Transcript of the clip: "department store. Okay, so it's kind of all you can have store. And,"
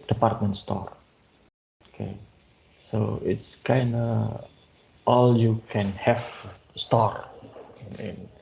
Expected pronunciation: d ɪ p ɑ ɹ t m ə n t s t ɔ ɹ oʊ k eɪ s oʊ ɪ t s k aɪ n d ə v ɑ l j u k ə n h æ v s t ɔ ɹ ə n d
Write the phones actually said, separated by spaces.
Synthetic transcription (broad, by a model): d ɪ p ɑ ɹ t m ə n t s t ɔ ɹ oʊ k eɪ s oʊ ɪ t s k aɪ n d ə ɑ l j u k ə n h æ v s t ɔ ɹ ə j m